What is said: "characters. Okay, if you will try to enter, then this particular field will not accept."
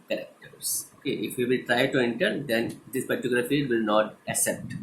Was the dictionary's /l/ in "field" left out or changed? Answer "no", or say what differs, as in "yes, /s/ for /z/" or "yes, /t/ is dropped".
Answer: yes, /l/ is dropped